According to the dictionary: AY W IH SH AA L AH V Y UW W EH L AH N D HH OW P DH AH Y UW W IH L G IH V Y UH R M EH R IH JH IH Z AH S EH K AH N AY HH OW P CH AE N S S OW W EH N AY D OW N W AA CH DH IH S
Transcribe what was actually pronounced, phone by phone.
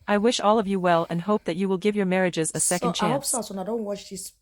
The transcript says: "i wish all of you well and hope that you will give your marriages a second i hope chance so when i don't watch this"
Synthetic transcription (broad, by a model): AY W IH SH AA L AH V Y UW W EH L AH N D HH OW P DH AH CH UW W IH L G IH V Y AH R M EH R IH JH IH Z AH S EH K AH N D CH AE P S S OW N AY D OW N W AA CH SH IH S